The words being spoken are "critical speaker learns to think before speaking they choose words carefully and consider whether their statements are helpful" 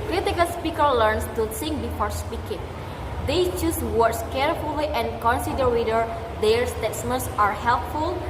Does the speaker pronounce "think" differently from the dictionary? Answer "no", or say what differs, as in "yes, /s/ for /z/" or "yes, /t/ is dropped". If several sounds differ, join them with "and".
yes, /s/ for /θ/